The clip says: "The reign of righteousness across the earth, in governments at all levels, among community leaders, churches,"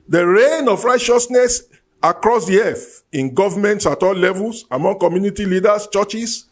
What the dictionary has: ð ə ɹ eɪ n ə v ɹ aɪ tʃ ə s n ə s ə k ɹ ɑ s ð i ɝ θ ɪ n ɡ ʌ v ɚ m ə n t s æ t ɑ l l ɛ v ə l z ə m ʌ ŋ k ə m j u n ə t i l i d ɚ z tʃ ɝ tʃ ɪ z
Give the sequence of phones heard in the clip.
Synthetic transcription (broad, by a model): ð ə ɹ eɪ n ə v ɹ aɪ tʃ ə s n ə s ə k ɹ ɑ s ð i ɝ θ ɪ n ɡ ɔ v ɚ m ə n t s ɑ t ɑ l l ɛ v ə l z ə m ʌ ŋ k ə m j u n ə t i l i d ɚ s tʃ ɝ tʃ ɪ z